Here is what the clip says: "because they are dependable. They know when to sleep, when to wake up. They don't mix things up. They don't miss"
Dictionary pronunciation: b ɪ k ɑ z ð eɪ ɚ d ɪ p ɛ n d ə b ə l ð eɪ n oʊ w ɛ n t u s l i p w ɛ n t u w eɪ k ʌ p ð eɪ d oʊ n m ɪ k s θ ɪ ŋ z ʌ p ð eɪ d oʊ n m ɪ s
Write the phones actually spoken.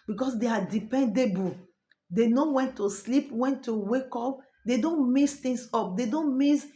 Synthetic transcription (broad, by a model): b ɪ k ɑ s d eɪ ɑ d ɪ p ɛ n d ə b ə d eɪ n oʊ w ɛ n t u s l i p w ɛ n t u w eɪ k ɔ p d eɪ d oʊ n m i s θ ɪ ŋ s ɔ p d eɪ d oʊ n m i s